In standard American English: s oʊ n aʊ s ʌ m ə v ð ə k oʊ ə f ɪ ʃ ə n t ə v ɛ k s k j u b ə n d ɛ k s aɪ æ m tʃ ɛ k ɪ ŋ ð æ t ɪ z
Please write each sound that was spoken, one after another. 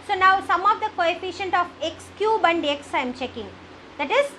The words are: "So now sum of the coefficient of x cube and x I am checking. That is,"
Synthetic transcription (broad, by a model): s oʊ n aʊ s ʌ m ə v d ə k oʊ ə f ɪ ʃ ə n t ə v ɛ k s k j u b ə n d ɛ k s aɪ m tʃ ɛ k ɪ ŋ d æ t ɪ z